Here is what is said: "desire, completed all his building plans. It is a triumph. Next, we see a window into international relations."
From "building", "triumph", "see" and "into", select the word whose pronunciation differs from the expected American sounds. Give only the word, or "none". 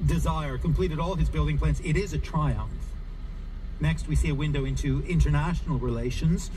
none